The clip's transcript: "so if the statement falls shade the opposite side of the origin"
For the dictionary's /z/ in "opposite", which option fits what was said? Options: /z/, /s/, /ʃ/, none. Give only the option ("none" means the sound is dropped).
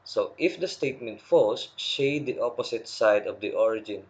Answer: /s/